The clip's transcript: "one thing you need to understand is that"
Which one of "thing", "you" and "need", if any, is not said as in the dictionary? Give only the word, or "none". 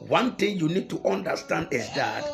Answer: thing